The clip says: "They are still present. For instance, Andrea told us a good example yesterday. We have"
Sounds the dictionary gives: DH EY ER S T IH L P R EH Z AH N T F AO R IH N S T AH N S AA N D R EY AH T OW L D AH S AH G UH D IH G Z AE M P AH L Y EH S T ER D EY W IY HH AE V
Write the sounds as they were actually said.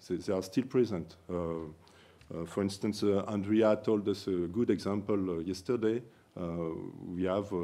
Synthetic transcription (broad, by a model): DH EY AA S T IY L P R EH Z AH N T F AO R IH N S T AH N S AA N D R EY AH T OW L D AH S AH G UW D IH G Z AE M P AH L Y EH S T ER D EY W IY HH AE V